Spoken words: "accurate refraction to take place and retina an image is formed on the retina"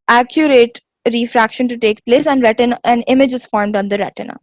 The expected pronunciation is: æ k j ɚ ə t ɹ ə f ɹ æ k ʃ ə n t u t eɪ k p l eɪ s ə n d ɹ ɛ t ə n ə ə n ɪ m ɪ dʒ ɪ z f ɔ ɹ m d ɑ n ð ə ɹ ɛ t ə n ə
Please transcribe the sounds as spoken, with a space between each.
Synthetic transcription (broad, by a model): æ k j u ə t ɹ ə f ɹ æ k ʃ ə n t u t eɪ k p l eɪ s ə n d ɹ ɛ t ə n ə n ɪ m ɪ dʒ ɪ z f ɔ ɹ m d ɑ n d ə ɹ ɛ t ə n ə